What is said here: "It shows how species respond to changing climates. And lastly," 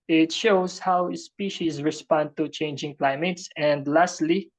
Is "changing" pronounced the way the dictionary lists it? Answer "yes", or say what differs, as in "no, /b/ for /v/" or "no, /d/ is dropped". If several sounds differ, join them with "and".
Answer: yes